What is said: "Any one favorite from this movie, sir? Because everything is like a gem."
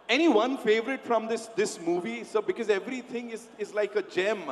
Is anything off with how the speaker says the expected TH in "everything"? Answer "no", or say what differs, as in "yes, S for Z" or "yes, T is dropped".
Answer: yes, T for TH